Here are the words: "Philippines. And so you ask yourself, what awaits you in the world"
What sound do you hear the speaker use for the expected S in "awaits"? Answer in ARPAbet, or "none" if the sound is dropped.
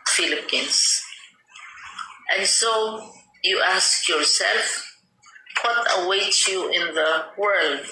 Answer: none